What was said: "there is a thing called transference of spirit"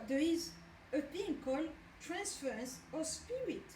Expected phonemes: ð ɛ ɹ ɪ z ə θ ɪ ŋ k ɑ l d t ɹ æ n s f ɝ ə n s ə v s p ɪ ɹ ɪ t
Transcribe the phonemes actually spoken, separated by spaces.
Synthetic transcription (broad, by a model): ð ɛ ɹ ɪ z ə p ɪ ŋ k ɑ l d t ɹ æ n s f ɝ ə n s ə s p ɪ ɹ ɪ t